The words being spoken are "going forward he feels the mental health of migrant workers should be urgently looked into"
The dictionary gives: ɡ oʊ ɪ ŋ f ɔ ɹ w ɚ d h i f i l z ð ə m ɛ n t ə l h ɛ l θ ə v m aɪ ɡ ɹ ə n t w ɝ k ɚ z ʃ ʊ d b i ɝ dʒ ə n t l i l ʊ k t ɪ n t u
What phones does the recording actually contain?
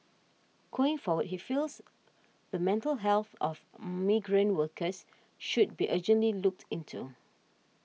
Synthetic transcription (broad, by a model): ɡ oʊ ɪ ŋ f ɔ w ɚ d h i f i l s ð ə m ɛ n t ə l h ɛ l θ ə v m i ɡ ɹ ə n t w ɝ k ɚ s ʃ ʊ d b i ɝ dʒ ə n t l i l ʊ k t ɪ n t u